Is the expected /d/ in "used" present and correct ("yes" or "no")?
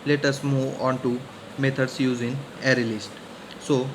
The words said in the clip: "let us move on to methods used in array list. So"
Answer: no